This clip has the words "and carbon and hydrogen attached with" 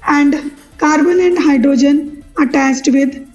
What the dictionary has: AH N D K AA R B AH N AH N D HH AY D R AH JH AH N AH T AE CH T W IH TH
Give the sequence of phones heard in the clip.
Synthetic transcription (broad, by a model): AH N D K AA R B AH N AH N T HH AY D R AH JH AH N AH T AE S T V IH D